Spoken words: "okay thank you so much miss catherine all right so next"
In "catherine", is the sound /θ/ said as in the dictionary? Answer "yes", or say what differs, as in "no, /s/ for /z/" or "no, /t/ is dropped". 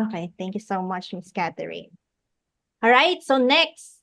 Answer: no, /t/ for /θ/